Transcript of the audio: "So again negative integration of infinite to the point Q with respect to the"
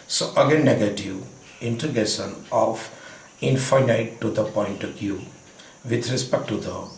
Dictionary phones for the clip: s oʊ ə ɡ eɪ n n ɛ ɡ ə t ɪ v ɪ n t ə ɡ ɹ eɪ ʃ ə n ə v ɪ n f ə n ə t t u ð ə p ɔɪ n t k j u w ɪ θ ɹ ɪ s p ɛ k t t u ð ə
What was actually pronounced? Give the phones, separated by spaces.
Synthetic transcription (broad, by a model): s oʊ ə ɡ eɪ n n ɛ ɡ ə t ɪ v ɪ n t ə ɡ eɪ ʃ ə n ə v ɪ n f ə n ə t t u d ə p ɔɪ n t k j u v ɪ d ɹ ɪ s p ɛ k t t u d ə